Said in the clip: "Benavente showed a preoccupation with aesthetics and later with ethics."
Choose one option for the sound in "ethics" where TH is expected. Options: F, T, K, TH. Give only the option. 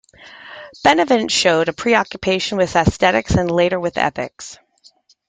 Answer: TH